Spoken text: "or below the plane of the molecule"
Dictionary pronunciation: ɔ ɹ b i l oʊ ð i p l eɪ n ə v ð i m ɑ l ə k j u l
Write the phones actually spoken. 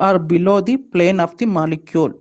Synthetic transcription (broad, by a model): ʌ ɹ b i l oʊ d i p l eɪ n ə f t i m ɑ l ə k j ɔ l